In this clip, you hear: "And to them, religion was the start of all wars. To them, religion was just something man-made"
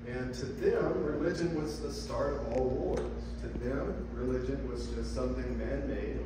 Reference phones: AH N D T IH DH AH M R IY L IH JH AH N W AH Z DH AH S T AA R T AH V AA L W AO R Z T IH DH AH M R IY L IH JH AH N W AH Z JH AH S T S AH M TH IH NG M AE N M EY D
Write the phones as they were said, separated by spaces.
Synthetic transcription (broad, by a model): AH N T IH DH AH M R IY L IH JH AH N W AH Z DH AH S T AA R T AH V AA L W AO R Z T IH DH AH M R IY L IH JH AH N W AH Z JH AH S T S AH M TH IH NG M AE N M EY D